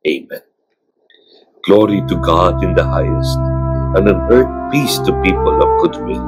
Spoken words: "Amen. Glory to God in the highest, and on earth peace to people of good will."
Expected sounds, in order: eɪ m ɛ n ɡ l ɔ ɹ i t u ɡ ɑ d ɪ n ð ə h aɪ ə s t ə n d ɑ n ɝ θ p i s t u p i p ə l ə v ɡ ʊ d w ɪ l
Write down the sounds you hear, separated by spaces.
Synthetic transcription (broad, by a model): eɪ m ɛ n ɡ l ɔ ɹ i t u ɡ ɑ d ɪ n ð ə h aɪ ə s t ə n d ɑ n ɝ t p i s t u p i p ə l ə v ɡ ʊ d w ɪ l